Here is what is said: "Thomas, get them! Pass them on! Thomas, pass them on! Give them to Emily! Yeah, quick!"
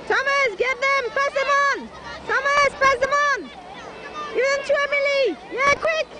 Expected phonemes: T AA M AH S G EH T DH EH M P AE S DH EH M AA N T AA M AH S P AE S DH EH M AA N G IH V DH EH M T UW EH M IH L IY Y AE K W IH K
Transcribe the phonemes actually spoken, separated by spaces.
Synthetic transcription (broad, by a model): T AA M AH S G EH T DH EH M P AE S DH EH M AA N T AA M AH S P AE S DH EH M AA N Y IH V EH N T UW EH M IH L IY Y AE K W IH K